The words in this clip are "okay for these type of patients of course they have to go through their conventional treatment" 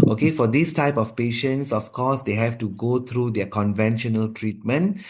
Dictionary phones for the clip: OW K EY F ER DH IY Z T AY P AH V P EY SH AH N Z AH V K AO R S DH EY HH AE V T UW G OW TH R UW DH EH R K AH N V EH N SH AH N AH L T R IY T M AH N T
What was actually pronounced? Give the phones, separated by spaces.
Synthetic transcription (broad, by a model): OW K EY F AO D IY S T AY P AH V P EY SH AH N S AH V K AO S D EY HH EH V T UW G OW T R UW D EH K AH N V EH N SH AH N AH L T R IY T M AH N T